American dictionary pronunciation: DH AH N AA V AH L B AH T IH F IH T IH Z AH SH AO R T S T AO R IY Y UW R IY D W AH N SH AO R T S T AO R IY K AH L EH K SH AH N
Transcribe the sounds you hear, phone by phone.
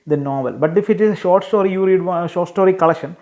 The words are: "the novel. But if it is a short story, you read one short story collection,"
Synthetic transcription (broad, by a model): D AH N AA V AH L B AH T IH F IH T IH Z AH SH AO R T S T AO R IY Y UW R IY D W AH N SH AO R T S T AO R IY K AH L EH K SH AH N